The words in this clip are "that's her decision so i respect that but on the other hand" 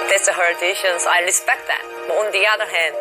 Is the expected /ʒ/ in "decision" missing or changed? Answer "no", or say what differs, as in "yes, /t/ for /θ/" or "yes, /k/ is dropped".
yes, /ʃ/ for /ʒ/